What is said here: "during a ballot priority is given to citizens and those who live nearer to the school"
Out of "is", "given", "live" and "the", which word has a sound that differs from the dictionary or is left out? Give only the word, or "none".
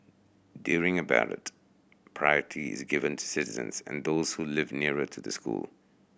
none